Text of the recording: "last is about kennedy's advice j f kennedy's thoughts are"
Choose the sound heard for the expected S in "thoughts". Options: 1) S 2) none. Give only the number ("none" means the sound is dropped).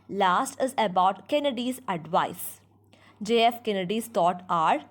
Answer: 2